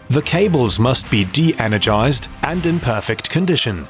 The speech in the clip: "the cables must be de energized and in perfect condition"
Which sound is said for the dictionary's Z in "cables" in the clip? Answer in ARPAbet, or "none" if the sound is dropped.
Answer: Z